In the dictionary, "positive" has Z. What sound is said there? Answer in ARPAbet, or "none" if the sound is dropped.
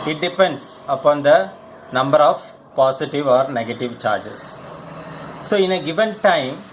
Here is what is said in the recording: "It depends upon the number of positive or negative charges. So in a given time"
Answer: S